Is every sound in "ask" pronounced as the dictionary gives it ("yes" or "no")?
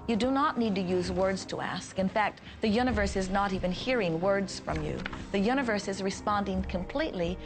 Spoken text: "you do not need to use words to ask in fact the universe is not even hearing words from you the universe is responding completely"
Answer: yes